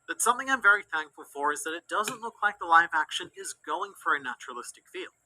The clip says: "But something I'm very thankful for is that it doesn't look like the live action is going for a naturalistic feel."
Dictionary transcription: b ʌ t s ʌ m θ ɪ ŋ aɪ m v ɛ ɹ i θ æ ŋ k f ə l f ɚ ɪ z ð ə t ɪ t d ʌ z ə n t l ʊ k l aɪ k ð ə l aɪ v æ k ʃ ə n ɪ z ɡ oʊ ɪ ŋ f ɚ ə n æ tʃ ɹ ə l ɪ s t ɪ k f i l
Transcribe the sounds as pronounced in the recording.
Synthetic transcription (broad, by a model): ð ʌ t s ʌ m θ ɪ ŋ aɪ m v ɛ ɹ i θ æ ŋ k f l f ɚ ɪ z ð ə t ɪ t d ʌ z ə n t l ʊ k l aɪ k ð ə l aɪ v æ k ʃ ə n ɪ z ɡ oʊ ɪ ŋ f ɚ ə n æ tʃ ɹ ə l ɪ s t ɪ k f i l